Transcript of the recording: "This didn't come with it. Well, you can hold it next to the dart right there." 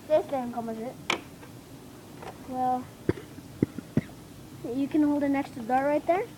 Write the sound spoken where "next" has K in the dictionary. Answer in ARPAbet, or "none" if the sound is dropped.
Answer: K